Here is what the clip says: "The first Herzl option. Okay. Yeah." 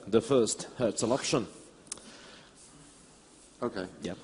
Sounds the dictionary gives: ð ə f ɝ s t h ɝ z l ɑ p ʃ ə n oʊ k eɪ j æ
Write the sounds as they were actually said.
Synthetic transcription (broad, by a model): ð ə f ɝ s t h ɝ s l ɑ p ʃ ə n oʊ k eɪ j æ